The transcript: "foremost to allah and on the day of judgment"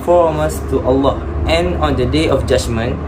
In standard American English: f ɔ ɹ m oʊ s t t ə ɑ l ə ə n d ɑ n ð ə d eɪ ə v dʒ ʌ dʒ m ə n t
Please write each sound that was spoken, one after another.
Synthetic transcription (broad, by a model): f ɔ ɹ m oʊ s t t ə ɑ l ə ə n ɑ n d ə d eɪ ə f dʒ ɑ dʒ m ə n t